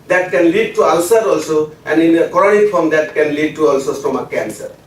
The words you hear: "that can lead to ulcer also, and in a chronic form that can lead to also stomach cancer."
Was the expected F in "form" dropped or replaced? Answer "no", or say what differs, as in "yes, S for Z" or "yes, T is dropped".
yes, P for F